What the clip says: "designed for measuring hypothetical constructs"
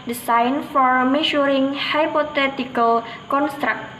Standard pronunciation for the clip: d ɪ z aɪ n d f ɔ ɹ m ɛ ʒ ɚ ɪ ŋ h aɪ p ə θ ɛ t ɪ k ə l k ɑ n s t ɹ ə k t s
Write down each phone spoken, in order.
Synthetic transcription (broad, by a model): d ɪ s aɪ n f ɔ ɹ m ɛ ʃ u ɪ ŋ h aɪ p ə t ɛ t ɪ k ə l k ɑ n s t ɹ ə k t